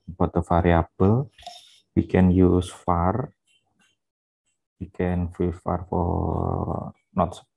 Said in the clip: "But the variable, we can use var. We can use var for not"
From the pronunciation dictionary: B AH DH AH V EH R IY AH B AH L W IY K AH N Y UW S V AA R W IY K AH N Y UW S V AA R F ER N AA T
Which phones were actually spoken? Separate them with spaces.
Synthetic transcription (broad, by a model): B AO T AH F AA R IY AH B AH L W IY K AH N Y UW S F AA R W IY K AH N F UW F AA R F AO N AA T